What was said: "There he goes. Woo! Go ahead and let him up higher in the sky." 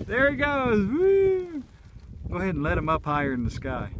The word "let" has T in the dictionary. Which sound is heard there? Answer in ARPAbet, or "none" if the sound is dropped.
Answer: T